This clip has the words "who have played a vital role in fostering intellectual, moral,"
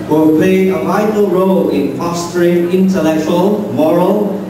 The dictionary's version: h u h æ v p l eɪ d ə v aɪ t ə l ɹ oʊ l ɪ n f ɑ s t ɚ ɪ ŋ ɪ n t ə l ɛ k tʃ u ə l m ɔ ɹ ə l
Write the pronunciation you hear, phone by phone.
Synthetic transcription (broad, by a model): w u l p l eɪ ə v aɪ t ə l ɹ oʊ l ɪ n p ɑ s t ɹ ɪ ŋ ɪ n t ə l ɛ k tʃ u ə l m ɔ ɹ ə l